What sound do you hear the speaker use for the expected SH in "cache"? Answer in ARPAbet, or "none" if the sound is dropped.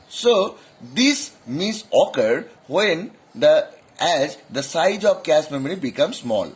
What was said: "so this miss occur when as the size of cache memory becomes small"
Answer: S